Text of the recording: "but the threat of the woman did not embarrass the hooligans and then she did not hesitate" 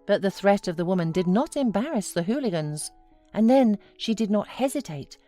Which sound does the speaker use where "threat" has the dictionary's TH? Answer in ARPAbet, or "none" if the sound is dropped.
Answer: TH